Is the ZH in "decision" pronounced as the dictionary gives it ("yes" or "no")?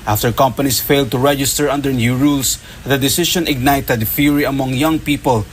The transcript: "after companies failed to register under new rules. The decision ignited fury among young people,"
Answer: no